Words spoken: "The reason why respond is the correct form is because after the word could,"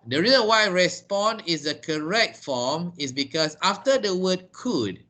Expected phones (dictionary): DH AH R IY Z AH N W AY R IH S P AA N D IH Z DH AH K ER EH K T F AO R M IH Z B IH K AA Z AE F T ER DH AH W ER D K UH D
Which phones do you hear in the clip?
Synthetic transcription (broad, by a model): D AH R IY Z AH N W AY R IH S P AA N IH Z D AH K ER EH K T F AO M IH S B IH K AA S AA F T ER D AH W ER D K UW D